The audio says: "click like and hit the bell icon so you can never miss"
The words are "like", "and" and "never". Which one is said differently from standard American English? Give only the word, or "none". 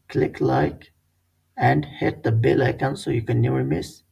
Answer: never